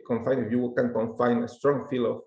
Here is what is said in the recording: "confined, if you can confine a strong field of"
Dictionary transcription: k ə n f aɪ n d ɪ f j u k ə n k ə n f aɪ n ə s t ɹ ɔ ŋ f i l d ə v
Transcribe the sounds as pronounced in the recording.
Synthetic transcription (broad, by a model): k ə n f aɪ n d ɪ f j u k ə n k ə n f aɪ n ə s t ɹ ɔ ŋ f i l ə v